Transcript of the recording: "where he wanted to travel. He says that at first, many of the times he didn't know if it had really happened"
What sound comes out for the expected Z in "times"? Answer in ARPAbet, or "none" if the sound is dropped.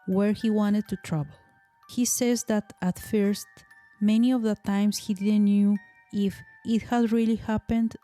S